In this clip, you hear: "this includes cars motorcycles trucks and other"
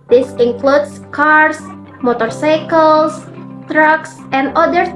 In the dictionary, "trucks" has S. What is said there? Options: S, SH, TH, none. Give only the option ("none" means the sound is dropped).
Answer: S